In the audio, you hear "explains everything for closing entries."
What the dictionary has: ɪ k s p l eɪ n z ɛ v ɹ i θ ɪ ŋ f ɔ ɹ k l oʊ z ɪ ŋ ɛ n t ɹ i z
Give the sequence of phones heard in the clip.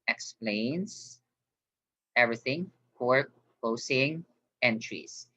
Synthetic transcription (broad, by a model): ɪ k s p l eɪ n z ɛ v ɹ i θ ɪ ŋ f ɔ ɹ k oʊ s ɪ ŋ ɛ n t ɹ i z